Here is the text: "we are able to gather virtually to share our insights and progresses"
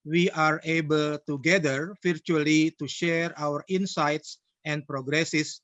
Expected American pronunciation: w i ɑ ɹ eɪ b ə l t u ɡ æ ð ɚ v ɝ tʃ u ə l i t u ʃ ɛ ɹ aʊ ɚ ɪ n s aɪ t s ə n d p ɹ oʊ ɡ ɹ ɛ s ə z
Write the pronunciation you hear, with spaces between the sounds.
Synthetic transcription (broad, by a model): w i ɑ ɹ eɪ b ə l t u ɡ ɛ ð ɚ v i tʃ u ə l i t u ʃ ɛ ɹ aʊ ɚ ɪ n s aɪ t s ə n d p ɹ oʊ ɡ ɹ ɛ s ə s